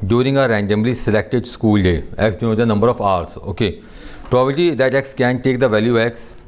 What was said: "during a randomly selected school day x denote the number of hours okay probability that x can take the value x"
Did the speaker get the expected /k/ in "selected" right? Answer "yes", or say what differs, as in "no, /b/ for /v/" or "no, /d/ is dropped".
yes